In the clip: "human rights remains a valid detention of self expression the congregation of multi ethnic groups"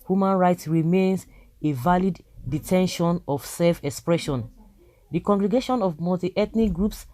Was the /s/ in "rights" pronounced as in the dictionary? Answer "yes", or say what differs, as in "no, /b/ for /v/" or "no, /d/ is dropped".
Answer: yes